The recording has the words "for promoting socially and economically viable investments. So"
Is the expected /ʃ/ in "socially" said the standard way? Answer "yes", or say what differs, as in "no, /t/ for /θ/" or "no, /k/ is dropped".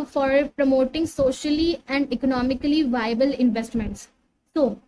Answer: yes